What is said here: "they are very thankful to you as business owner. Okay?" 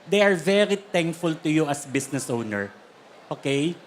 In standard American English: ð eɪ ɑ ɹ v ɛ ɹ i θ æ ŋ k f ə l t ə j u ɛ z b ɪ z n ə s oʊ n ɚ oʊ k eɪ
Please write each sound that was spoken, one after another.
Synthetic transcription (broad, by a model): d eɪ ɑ ɹ v ɛ ɹ i t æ ŋ k f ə l t ə j u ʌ s b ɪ s n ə s oʊ n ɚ oʊ k eɪ